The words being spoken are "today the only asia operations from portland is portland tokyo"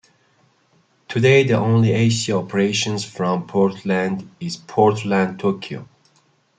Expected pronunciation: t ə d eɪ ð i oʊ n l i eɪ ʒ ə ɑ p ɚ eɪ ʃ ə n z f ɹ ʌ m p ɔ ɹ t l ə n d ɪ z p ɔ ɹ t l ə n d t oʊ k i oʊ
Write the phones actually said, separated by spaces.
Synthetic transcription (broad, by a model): t ə d eɪ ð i oʊ n l i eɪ s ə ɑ p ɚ eɪ ʃ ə n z f ɹ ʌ m p ɔ ɹ t l ə n d ɪ z p ɔ ɹ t l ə n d t oʊ k i oʊ